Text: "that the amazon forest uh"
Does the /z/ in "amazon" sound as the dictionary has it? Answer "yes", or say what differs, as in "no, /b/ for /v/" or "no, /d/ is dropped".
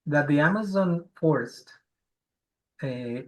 yes